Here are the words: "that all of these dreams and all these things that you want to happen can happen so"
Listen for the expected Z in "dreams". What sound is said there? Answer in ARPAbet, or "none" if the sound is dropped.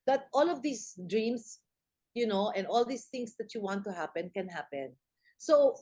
S